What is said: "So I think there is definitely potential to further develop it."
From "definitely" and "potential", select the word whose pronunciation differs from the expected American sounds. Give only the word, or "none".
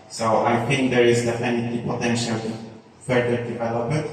definitely